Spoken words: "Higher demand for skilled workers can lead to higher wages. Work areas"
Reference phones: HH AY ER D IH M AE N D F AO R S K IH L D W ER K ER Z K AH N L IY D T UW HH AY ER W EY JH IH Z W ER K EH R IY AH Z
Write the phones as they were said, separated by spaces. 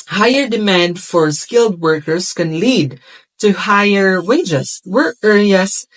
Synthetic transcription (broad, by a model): HH AY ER D IH M AE N D F AO R S K IH L D W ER K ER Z K AH N L IY D T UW HH AY ER W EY JH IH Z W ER EH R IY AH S